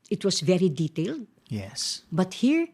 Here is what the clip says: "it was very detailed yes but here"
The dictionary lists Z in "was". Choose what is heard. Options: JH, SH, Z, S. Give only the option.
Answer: S